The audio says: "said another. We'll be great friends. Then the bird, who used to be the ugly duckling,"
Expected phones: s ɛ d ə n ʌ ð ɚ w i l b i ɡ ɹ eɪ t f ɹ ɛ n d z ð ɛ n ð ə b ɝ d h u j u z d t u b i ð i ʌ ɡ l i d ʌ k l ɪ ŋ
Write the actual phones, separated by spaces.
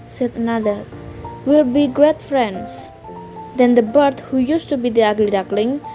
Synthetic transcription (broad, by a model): s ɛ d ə n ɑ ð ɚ w i l b i ɡ ɹ eɪ t f ɹ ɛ n d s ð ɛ n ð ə b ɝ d h u j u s t u b i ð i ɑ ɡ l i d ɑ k l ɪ ŋ